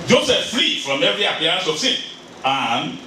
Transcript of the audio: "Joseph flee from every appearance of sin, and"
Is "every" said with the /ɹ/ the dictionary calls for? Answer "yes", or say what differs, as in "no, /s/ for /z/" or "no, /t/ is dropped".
yes